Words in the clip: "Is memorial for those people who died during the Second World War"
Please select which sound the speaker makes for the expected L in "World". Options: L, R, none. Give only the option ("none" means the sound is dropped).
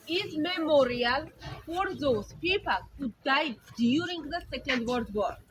none